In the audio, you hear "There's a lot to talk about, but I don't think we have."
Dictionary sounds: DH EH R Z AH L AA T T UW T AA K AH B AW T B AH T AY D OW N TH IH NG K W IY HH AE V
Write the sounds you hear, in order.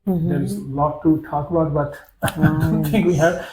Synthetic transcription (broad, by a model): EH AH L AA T T UW T AA K AH B AW T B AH T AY D OW N T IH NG K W IY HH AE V